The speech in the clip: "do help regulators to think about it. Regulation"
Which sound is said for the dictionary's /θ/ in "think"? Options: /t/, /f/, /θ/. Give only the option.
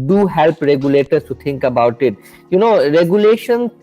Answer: /t/